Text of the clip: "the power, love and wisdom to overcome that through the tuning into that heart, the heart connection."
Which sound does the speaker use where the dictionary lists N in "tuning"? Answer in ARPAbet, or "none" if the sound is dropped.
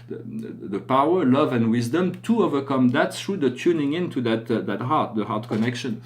N